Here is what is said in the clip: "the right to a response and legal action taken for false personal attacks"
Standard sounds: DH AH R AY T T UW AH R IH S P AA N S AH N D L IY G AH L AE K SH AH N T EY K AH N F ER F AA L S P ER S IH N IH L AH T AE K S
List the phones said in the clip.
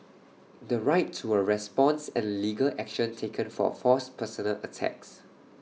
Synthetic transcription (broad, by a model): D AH R AY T T UW AH R IH S P AA N S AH N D L IY G AH L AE K SH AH N T EY K AH N F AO F AA S P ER S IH N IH L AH T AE K S